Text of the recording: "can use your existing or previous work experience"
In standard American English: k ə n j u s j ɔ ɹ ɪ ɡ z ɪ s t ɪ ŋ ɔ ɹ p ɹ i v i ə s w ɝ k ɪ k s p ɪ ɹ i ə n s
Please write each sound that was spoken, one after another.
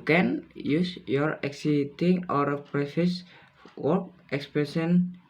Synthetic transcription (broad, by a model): k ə n j u s j ɔ ɹ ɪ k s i t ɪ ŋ ɔ ɹ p ɹ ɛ f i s w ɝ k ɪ k s p ɹ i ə n